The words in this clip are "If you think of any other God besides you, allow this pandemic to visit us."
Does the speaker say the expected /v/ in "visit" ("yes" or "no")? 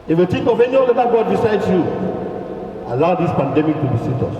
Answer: no